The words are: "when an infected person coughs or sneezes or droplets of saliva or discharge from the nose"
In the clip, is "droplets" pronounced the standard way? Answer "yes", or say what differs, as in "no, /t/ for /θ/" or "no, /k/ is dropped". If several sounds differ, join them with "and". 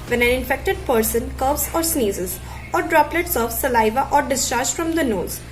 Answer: yes